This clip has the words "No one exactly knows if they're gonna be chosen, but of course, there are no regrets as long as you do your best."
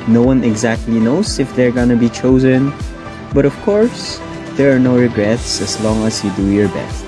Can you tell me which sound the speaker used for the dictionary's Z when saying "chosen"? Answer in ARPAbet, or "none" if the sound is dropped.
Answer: Z